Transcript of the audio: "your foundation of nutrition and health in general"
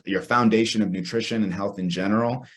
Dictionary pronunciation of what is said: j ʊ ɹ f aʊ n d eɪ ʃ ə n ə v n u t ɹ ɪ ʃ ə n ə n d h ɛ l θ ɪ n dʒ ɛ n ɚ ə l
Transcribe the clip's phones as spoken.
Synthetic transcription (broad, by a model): j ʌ ɹ f aʊ n d eɪ ʃ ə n ə v n u t ɹ ɪ ʃ ə n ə n h ɛ l θ ɪ n dʒ ɛ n ɚ l